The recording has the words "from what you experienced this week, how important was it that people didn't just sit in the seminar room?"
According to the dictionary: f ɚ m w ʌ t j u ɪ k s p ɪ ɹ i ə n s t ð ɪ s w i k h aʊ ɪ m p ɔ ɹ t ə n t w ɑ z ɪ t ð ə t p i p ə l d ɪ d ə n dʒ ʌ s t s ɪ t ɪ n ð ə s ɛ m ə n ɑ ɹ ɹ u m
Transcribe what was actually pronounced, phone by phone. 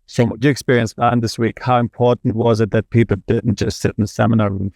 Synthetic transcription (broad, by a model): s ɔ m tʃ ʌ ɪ k s p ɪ ɹ i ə n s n ð ɪ s w i k h aʊ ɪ m p ɔ ɹ t n t w ɑ z ɪ t ð ə t p i p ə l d ɪ d n dʒ ʌ s t s ɪ t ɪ n ð ə s ɛ m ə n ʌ ɹ ɹ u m